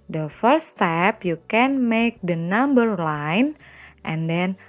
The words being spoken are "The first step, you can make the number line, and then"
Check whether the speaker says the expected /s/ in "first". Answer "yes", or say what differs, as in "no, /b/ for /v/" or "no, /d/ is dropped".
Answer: no, /s/ is dropped